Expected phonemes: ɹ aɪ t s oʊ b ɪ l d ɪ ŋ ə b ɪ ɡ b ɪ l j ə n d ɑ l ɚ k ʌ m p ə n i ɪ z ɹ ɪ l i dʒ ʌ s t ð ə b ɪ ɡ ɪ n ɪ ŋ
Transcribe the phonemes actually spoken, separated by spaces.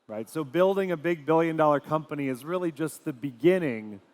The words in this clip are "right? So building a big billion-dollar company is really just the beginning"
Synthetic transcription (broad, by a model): ɹ aɪ t s oʊ b ɪ l d ɪ ŋ ə b ɪ ɡ b ɪ l j ə n d ɑ l ɚ k ʌ m p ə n i ɪ z ɹ ɪ l i dʒ ʌ s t ð ə b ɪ ɡ ɪ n ɪ ŋ